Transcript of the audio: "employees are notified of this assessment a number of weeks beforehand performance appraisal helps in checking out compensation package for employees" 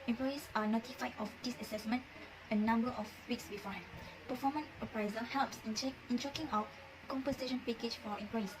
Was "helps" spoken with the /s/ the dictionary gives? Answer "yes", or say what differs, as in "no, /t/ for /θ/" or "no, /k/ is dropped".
yes